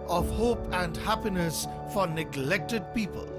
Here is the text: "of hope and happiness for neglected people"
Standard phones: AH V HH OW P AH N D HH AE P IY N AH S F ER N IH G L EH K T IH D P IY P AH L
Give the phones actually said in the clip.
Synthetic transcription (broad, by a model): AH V HH OW P AH N D HH AE P IY N AH S F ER N IH G L EH K T IH D P IY P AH L